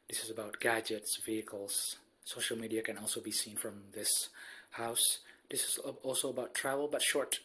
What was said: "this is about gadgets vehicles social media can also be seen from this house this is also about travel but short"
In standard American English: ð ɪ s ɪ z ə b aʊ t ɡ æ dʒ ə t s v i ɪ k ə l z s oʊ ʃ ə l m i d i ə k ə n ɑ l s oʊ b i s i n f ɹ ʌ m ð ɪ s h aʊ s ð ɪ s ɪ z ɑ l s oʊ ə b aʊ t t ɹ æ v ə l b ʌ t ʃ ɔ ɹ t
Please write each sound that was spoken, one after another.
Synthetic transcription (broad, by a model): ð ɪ s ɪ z ə b aʊ t ɡ æ dʒ ə t s v i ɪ k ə l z s oʊ ʃ ə l m i d i ə k ə n ɑ l s oʊ b i s i n f ɹ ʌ m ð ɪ s h aʊ s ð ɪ s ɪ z ɑ l s oʊ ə b aʊ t t ɹ æ v ə l b ʌ t ʃ ɔ ɹ t